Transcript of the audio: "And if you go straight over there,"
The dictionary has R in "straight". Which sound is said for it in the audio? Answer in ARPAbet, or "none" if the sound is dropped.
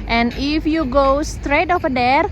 R